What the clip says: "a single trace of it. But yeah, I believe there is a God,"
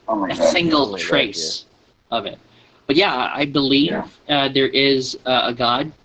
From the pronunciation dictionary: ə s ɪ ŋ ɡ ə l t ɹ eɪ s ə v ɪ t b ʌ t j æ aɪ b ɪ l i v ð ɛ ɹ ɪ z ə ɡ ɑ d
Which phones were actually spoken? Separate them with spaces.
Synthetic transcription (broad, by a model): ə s ɪ ŋ ɡ l t ɹ eɪ s ə v ɪ t b ʌ t j æ aɪ b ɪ l i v ð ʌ ɹ ɪ z ə ɡ ɑ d